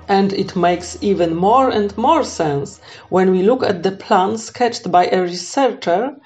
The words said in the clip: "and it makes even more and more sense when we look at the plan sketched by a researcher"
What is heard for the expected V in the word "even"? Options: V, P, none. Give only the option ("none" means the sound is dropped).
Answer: V